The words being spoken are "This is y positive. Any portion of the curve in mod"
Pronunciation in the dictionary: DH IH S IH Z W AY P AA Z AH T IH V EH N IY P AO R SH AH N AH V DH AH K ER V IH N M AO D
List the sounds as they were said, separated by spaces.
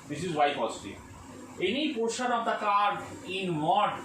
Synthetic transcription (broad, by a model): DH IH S IH Z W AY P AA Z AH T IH EH N IY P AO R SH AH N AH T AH K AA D IH N M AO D